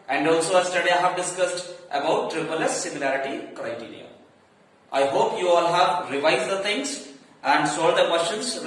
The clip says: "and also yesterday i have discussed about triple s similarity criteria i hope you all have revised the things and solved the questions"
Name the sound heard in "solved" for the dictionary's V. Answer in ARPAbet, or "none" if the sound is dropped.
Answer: none